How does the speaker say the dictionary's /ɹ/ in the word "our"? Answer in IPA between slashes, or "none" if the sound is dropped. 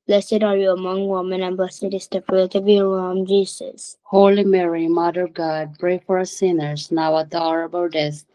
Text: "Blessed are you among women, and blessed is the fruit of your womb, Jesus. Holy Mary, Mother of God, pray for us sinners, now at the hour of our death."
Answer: /l/